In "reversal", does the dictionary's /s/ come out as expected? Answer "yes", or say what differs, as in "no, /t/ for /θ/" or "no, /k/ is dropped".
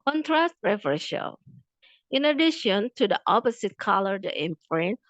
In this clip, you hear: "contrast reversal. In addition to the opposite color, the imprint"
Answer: no, /ʃ/ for /s/